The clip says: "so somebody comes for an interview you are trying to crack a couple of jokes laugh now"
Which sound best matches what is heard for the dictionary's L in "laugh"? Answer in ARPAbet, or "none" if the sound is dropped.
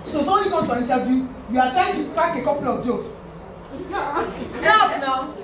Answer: N